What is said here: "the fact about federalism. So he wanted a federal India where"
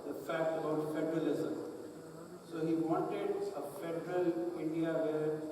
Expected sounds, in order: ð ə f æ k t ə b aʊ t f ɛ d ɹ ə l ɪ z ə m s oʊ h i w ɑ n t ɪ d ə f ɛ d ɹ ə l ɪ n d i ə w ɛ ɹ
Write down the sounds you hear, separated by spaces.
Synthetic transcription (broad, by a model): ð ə f æ k t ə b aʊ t f ɛ d ɹ ə l ɪ z ə m s oʊ h i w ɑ n t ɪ d ə f ɛ d ɹ ə l ɪ n d i ə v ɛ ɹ